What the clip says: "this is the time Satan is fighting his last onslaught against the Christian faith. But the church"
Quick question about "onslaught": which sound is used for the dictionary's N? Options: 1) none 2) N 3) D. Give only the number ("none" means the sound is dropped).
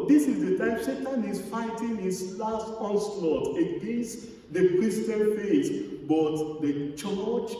1